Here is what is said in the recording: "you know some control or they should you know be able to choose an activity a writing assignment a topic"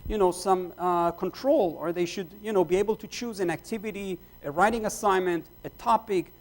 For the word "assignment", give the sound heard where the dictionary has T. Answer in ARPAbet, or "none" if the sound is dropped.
T